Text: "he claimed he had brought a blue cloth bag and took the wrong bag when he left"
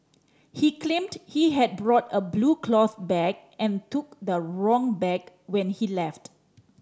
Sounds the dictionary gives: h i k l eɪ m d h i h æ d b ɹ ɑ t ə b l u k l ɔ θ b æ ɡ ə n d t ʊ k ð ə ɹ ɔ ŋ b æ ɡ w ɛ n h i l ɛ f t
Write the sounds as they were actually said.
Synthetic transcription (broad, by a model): h i k l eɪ m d h i h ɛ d b ɹ ɑ t ə b l u k l ɔ θ b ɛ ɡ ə n t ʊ k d ə ɹ ɔ ŋ b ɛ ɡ w ɛ n h i l ɛ f t